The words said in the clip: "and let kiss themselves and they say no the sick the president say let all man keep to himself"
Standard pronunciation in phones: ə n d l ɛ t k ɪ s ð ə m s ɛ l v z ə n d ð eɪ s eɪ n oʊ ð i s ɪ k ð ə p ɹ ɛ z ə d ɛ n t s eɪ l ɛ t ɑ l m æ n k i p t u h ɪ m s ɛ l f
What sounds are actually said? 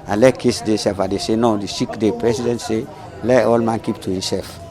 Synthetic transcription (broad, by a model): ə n l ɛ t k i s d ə s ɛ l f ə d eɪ s eɪ n oʊ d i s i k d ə p ɹ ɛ s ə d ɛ n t s eɪ l ɛ t ɑ l m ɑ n k i p t u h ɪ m s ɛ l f